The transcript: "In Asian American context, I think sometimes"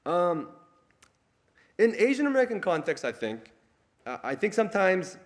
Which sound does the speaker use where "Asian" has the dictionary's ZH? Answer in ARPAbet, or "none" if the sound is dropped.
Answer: ZH